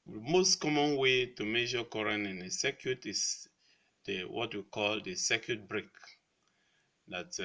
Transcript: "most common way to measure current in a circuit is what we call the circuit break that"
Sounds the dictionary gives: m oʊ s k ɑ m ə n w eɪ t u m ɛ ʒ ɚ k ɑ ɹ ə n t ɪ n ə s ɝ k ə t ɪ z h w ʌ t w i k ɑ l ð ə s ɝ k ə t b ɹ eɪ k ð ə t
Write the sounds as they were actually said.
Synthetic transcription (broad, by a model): m oʊ s k ɑ m ə n w eɪ t u m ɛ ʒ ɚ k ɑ ɹ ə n ɪ n ə s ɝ k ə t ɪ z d w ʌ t w i k ɑ l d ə s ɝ k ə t b ɹ eɪ k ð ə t